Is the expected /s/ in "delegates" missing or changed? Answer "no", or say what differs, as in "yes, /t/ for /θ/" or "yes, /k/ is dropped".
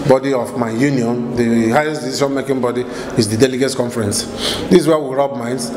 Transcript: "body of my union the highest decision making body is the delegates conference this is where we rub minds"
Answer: yes, /s/ is dropped